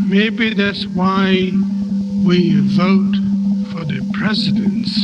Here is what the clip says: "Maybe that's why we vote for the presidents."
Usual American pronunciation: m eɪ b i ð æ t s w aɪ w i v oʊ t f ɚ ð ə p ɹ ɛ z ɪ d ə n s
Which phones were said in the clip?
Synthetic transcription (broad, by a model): m eɪ b i ð æ t s w aɪ w i v oʊ t f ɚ ð ə p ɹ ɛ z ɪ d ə n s